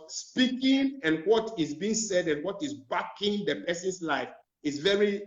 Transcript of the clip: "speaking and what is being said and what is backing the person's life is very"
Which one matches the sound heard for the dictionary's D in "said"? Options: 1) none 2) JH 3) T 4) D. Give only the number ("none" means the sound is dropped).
4